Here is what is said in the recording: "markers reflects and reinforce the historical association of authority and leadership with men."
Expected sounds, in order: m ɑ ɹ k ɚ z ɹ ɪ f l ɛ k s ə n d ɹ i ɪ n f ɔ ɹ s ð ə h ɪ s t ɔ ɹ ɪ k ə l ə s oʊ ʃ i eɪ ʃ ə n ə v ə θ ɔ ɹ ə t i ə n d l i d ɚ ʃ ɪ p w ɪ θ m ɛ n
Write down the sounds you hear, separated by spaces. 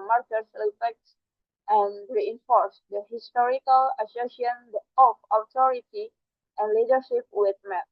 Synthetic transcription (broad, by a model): m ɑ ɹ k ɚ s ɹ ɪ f ɛ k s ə n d ɹ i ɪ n f ɔ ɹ s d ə h ɪ s t ɔ ɹ ɪ k ə l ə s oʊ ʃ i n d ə ə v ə t ɔ ɹ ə t i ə n l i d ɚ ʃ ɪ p w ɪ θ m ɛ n